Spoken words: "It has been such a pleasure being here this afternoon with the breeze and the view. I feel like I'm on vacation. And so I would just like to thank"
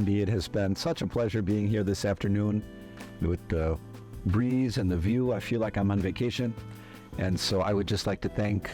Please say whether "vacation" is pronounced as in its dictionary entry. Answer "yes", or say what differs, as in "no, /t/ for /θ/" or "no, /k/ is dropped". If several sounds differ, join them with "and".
yes